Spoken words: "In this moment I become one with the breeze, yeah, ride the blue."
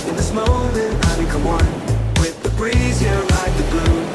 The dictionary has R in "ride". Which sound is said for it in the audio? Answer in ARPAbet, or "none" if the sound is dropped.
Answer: L